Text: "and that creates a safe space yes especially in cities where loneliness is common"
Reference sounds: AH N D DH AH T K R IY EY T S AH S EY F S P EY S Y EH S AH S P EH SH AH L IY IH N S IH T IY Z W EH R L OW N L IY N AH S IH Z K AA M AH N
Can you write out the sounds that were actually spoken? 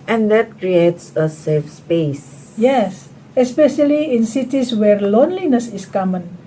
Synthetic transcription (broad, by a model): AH N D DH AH T K R IY EY T S AH S EY F S P EY S Y EH S AH S P EH SH AH L IY IH N S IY T IY S W EH R L OW N L IY N AH S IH S K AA M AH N